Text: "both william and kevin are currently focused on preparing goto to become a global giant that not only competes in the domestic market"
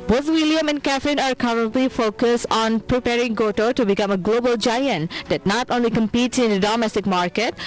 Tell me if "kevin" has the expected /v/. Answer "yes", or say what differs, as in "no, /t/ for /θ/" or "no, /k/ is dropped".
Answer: no, /f/ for /v/